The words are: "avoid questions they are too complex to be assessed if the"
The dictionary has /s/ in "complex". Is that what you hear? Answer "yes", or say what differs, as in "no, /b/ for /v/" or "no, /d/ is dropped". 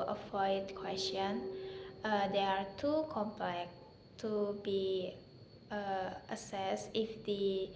no, /s/ is dropped